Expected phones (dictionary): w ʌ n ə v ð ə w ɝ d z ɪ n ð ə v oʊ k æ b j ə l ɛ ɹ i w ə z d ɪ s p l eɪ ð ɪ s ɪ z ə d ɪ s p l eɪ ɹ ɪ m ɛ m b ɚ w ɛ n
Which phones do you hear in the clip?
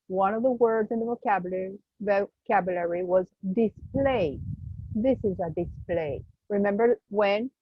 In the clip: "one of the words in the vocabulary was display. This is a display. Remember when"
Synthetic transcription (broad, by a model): w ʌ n ə v ð ə w ɝ d z ɪ n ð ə v oʊ k æ b j ə l ɛ ɹ i w ə z d ɪ s p l eɪ ð ɪ s ɪ z ə d ɪ s p l eɪ ɹ ɪ m ɛ m b ɚ w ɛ n